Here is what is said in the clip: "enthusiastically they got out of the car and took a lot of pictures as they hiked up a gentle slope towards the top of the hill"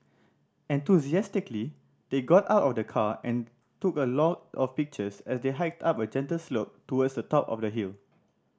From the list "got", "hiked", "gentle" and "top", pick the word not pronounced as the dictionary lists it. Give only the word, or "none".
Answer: none